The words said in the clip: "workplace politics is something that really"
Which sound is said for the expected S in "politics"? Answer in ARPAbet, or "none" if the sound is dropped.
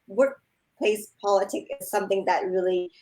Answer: none